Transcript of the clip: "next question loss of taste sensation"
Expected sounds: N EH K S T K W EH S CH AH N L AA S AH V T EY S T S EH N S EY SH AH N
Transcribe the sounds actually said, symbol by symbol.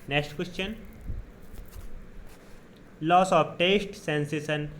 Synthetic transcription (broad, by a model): N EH K S T K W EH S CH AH N L AA S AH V T EY S T S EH N S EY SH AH N